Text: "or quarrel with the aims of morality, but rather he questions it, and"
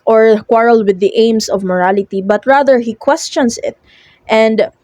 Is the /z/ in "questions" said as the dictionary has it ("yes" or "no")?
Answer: no